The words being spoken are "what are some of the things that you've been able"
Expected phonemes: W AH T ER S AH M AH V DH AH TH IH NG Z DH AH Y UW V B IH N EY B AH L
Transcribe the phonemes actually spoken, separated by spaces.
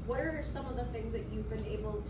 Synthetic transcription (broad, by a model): W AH T ER S AH M AH V DH AH TH IH NG Z DH AH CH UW V B IH N EY B L